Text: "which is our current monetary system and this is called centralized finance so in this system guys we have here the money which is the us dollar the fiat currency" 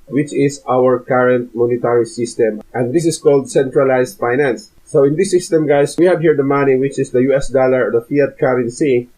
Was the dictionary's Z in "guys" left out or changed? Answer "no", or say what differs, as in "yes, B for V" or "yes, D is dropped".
yes, S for Z